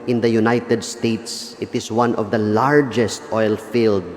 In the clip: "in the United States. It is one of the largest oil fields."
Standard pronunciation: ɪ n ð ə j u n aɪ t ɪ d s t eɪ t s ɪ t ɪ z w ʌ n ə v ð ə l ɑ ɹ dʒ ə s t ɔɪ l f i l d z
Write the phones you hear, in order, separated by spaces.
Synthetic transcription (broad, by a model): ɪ n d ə j u n aɪ t ɪ d s t eɪ t s ɪ t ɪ s w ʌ n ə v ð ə l ɑ ɹ dʒ ə s t ɔɪ l f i l d